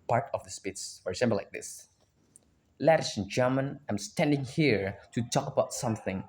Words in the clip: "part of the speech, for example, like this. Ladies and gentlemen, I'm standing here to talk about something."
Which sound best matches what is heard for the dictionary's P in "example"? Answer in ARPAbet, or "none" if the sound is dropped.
B